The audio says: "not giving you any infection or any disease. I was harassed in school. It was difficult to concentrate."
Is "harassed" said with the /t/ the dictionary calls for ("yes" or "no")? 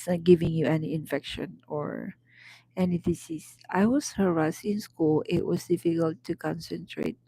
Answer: no